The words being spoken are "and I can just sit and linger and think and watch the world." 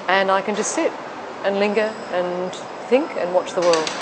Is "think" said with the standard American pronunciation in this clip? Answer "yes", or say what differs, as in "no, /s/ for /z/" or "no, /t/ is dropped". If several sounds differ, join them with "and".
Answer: yes